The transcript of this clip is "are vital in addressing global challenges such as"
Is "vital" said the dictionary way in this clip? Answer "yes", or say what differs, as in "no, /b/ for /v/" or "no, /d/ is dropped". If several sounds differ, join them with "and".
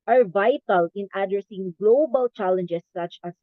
yes